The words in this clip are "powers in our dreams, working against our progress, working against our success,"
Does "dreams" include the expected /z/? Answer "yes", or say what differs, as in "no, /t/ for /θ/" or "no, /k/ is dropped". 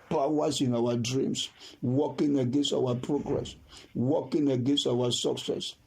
no, /s/ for /z/